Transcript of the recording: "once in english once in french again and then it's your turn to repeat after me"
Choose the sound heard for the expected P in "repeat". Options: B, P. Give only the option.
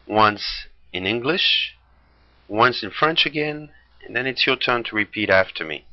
P